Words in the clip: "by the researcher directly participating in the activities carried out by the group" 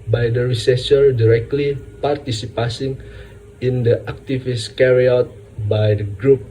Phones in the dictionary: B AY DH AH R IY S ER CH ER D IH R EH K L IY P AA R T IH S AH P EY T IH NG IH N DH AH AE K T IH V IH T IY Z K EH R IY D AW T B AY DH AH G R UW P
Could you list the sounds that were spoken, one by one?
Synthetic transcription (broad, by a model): B AY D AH R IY S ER S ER D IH R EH K L IY P AA R T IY S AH P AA S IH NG IH N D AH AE K T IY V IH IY S K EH R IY AW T B AY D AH G R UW P